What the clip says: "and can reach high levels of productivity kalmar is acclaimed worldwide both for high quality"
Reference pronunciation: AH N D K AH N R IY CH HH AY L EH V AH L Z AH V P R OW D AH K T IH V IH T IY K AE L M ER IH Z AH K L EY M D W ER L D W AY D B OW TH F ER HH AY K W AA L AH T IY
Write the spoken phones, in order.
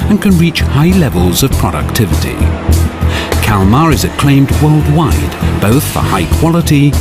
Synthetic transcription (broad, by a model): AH N K AH N R IY CH HH AY L EH V AH L Z AH V P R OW D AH K T IH V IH T IY K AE L M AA IH Z AH K L EY M D W ER L D W AY D B OW TH F ER HH AY K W AA L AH T IY